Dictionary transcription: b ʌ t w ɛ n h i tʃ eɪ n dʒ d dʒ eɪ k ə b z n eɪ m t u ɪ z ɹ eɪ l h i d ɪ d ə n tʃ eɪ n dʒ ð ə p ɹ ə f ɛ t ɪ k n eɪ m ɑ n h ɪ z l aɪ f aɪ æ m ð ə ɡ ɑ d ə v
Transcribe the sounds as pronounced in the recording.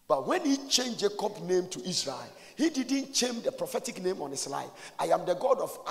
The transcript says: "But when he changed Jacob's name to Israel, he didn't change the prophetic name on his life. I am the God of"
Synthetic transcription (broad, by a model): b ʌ t w ɛ n h i tʃ eɪ n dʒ dʒ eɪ k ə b n eɪ m t u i s ɹ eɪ l h i d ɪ d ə n tʃ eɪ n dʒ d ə p ɹ ə f ɛ t ɪ k n eɪ m ɑ n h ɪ s l aɪ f aɪ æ m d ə ɡ ɑ d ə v